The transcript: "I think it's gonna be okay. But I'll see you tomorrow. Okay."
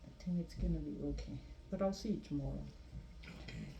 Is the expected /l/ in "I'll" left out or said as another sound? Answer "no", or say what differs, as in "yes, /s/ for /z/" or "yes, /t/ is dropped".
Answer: no